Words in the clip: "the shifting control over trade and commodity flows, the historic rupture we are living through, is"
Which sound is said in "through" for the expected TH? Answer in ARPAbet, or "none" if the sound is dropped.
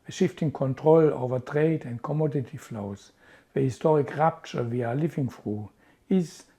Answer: F